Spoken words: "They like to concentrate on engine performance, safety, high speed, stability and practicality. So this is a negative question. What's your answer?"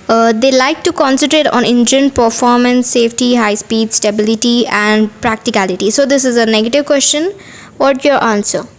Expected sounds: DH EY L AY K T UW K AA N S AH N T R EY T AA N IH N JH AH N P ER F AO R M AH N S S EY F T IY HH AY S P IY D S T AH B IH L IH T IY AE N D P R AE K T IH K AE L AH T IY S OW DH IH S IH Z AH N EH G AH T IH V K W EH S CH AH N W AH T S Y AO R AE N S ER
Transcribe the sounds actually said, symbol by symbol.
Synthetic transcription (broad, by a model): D EY L AY K T UW K AA N S AH N T R EY T AA N IH N JH AH N P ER F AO R M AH N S S EY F T IY HH AY S P IY D S T AH B IH L IH T IY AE N D P R AE K T IH K AE L AH T IY S OW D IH S IH Z AH N EH G AH T IH V K W EH S CH AH N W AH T Y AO R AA N S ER